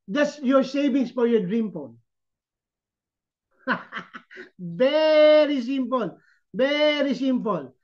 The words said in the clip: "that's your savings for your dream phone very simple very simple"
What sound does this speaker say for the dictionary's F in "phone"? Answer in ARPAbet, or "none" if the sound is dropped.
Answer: P